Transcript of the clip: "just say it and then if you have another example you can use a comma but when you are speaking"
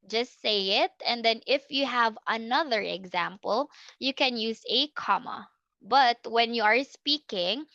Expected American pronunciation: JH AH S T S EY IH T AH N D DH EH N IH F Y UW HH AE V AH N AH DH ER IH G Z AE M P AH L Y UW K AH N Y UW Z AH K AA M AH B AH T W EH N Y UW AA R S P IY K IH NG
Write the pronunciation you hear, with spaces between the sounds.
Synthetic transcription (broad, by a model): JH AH S T S EY IH T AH N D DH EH N IH F Y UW HH AE V AH N AH DH ER IH G Z AE M P AH L Y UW K AH N Y UW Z AH K AA M AH B AH T W EH N Y UW AA R S P IY K IH NG